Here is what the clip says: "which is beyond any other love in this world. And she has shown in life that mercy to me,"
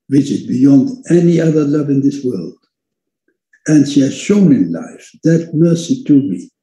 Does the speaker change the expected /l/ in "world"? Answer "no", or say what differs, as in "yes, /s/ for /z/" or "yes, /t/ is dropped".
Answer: no